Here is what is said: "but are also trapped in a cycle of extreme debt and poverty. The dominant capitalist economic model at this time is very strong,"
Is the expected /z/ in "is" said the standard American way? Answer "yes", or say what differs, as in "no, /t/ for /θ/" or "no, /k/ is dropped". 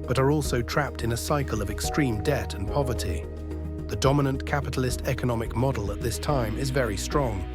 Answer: yes